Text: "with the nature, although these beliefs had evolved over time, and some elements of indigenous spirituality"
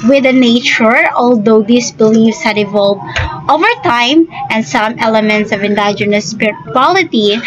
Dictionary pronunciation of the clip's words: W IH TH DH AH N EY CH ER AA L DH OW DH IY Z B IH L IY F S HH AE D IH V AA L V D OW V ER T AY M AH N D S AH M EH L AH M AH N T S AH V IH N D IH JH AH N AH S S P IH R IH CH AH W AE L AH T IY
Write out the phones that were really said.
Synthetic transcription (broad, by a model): W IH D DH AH N EY CH ER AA L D OW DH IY S B IH L IY F S HH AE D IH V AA L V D OW V ER T AY M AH N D S AH M EH L AH M AH N T S AH V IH N D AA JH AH N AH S S P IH R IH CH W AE L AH T IY